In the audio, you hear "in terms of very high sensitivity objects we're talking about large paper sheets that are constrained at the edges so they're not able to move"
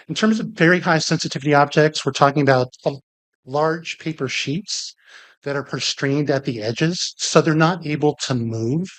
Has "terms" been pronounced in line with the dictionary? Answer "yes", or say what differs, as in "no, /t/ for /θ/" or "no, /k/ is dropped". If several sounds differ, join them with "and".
yes